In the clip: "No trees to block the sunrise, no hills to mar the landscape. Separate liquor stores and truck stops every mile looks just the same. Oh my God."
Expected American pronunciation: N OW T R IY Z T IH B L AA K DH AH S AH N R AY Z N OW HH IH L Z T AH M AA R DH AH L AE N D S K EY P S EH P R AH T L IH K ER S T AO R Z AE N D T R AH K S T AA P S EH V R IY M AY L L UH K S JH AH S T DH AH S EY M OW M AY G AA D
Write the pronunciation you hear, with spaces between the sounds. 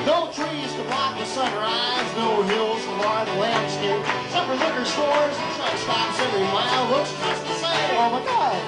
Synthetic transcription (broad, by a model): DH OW T R IY Z T IH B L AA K DH AH S AH N R AY Z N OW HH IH L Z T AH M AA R DH AH L AE N D S K EY P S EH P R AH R L IH K ER S T AO R Z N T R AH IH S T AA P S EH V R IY M AY L W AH S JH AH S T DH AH S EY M OW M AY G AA